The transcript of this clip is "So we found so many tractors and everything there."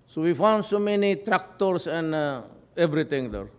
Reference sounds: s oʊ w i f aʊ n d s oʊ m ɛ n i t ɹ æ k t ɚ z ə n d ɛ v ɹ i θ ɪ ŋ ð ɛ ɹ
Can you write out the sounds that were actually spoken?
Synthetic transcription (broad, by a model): s oʊ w i f aʊ n d s oʊ m ɛ n i t ɹ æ k t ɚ s ə n d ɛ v ɹ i t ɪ ŋ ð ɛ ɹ